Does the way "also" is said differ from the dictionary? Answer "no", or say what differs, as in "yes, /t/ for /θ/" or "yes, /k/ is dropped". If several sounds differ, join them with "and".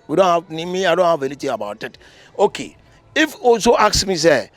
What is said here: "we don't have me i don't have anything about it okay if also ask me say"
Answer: yes, /l/ is dropped